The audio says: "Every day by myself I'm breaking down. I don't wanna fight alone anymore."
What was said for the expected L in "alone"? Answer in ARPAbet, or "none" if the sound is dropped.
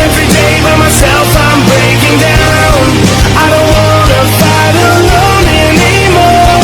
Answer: N